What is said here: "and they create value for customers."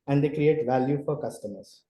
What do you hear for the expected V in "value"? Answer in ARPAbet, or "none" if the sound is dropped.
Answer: V